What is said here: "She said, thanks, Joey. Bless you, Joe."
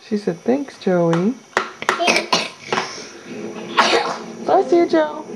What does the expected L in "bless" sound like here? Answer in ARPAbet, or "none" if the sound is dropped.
none